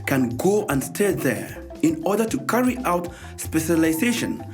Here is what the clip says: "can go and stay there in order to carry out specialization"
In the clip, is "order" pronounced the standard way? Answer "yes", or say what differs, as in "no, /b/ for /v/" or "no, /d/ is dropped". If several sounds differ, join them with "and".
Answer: yes